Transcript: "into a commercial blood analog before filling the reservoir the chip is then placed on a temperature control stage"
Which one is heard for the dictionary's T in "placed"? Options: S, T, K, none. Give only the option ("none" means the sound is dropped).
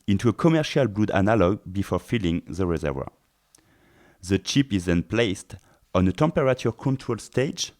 T